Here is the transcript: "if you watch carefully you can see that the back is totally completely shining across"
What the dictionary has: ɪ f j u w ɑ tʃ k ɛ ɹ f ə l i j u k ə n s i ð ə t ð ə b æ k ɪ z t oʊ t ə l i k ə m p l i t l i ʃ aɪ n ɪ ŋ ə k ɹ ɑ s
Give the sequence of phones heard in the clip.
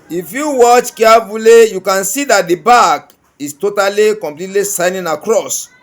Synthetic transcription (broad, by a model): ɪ f j u w ɑ tʃ k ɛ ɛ f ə l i j u k ə n s i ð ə t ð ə b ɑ k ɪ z t oʊ t ə l i k ə m p l i t l i s aɪ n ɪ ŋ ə k ɹ ɑ s